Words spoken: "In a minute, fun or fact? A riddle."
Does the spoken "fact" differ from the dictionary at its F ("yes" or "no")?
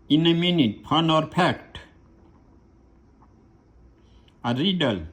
yes